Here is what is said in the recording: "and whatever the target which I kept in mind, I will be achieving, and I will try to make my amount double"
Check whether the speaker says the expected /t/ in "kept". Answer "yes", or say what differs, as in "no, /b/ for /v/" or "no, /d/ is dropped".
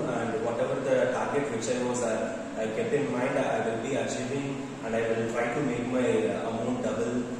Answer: no, /t/ is dropped